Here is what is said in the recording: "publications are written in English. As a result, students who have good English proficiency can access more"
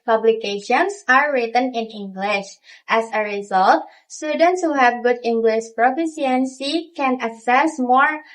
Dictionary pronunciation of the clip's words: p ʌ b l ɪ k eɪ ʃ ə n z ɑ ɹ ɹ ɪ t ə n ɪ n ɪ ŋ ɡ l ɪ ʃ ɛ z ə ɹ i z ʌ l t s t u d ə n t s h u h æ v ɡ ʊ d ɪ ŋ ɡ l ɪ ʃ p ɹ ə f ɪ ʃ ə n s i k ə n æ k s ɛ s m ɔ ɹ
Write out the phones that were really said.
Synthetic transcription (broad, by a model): p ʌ b l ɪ k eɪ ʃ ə n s ɑ ɹ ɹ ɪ t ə n ɪ n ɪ ŋ ɡ l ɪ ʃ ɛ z ə ɹ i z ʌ l t s t u d ə n t s h u h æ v ɡ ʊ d ɪ ŋ ɡ l ɪ ʃ p ɹ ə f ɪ s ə n s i k ə n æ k s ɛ s m ɔ ɹ